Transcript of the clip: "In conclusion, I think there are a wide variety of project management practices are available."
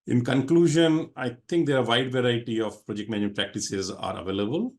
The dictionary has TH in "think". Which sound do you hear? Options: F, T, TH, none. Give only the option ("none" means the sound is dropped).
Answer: T